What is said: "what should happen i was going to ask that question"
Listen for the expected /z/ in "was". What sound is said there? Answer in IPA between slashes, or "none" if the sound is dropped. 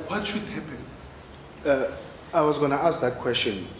/z/